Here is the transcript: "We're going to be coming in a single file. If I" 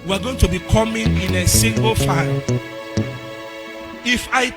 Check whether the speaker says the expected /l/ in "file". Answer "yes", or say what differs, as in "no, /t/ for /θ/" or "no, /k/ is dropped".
no, /n/ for /l/